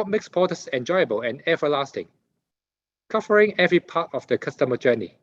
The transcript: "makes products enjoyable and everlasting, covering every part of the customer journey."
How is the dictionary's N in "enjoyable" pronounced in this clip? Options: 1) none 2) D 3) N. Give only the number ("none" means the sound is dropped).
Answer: 3